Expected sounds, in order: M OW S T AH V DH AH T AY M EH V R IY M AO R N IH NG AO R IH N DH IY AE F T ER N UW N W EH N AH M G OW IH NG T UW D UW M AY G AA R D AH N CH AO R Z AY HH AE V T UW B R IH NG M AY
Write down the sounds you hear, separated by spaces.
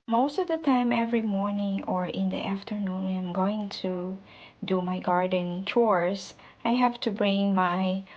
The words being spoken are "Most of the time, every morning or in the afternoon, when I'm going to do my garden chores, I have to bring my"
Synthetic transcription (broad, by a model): M OW S T AH V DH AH T AY M EH V R IY M AO R N IH NG AO R IH N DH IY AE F T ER N UW N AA AH M G OW IH NG T UW D UW M AY G AA R D AH N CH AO R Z AY HH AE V T UW B R IH NG M AY